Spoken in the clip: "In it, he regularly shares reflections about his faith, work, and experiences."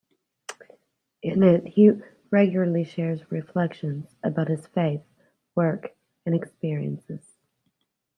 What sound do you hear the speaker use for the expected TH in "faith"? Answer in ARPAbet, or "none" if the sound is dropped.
TH